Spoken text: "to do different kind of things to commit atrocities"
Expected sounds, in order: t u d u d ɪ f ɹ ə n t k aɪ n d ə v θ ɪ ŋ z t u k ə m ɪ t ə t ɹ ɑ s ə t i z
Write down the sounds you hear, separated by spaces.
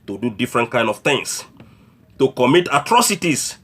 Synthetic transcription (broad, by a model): t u d u d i f ɹ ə n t k aɪ n d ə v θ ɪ ŋ s t u k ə m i t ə t ɹ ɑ s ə t i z